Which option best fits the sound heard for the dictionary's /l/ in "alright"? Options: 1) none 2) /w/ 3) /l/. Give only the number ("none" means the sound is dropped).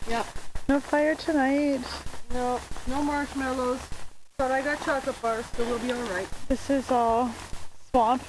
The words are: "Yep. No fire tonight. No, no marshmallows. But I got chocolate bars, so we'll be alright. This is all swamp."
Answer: 3